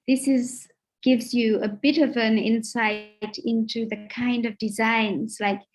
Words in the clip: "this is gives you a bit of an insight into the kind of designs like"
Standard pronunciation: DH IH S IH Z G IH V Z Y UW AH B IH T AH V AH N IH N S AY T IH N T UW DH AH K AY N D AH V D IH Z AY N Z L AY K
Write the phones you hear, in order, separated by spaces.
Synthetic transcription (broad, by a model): DH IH S IH Z G IH V Z Y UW AH B IH T AH V AH N IH N S AY T IH N T UW DH AH K AY N D AH V D IH Z AY N Z L AY K